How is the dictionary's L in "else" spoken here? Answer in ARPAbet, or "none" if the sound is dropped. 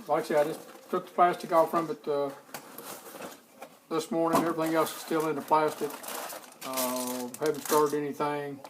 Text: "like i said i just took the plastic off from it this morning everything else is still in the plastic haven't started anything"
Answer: none